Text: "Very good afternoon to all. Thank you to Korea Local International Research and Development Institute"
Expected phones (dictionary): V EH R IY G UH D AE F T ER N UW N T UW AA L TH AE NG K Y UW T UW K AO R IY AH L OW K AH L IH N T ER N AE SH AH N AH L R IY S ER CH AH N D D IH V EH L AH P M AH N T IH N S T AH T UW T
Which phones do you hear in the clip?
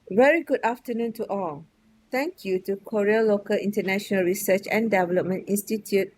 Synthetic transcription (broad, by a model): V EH R IY G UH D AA F T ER N UW N T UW AA L T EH NG K Y UW T UW K AO R IY AH L OW K AH L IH N T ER N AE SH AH N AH L R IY S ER CH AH N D D IH V EH L AH P M AH N T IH N S T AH T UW T